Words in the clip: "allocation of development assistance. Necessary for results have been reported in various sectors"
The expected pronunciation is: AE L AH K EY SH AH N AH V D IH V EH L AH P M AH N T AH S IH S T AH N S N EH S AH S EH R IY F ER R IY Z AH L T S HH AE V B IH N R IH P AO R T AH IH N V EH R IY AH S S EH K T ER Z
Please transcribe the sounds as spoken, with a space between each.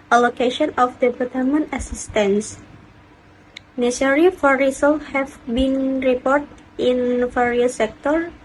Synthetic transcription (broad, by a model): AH L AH K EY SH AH N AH F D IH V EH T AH M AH N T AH S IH S T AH N S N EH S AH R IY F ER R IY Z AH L HH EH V B IH N R IH P AO R T AH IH N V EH R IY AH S S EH K T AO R